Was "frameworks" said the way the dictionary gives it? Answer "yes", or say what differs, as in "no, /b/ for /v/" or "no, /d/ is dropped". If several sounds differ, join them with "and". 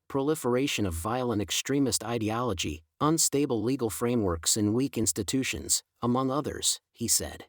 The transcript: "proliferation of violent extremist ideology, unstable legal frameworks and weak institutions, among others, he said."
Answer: yes